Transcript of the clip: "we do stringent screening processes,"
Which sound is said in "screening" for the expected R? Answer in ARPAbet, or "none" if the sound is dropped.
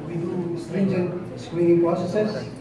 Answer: W